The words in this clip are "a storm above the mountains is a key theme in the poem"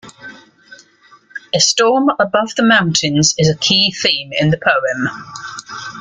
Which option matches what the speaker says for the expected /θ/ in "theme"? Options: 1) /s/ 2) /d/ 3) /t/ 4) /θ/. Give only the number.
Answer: 4